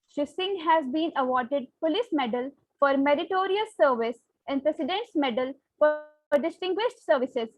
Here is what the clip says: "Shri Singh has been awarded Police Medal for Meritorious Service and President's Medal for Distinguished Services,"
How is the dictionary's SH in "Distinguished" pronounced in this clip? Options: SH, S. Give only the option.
SH